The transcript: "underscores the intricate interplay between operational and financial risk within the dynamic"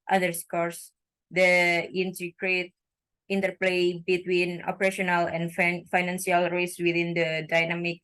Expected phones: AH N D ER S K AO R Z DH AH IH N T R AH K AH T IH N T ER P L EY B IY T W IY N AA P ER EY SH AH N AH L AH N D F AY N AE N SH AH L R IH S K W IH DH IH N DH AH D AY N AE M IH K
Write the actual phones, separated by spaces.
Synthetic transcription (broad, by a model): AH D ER S K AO R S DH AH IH N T AH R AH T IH N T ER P L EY B IY T W IY N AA P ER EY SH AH N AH L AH N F F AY N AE N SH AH L R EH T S W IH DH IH N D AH D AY N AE M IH K